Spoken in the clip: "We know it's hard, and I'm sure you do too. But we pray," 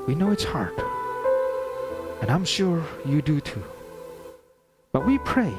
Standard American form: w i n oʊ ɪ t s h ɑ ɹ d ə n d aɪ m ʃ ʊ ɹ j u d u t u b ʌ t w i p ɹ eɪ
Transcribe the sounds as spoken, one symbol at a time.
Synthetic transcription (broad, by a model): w i n oʊ ɪ t s h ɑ ɹ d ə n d aɪ m ʃ ʊ ɹ j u d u t u b ʌ t w i p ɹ eɪ